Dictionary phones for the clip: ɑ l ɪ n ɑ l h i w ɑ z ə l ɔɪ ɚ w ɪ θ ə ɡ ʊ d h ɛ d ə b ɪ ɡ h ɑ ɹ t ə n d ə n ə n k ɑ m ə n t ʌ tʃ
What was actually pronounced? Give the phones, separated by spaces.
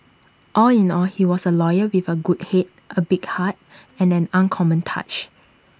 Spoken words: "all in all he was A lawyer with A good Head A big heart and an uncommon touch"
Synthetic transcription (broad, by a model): ɑ l ɪ n ɑ l h i w ɑ s ə l ɔɪ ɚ w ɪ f ə ɡ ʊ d h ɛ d ə b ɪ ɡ h ɑ t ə n ə n ə n k ɑ m ə n t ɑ tʃ